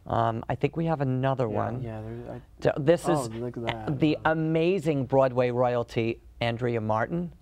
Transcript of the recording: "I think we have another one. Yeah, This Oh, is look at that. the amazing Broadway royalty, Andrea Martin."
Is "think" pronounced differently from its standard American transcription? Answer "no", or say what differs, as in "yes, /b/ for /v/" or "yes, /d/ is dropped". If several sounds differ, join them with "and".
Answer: no